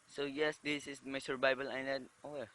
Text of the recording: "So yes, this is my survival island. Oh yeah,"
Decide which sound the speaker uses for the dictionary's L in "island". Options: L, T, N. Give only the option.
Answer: N